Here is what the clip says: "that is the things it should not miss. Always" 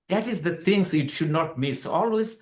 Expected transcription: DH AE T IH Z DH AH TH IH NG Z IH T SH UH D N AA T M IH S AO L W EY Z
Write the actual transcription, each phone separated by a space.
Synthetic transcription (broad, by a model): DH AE T IH Z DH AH T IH NG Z IH T SH UH D N AA T M IH S AO L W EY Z